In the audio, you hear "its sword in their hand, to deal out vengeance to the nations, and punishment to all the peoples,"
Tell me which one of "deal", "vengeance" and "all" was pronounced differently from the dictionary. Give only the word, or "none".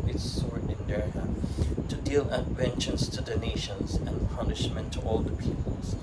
vengeance